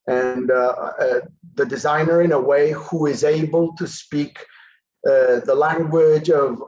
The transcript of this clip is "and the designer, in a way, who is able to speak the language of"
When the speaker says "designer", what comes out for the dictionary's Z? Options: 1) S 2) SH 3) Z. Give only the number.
3